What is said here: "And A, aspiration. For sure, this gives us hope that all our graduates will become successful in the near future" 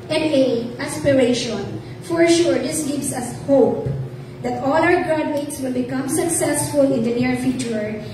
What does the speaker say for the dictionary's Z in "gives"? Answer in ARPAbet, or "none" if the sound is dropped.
S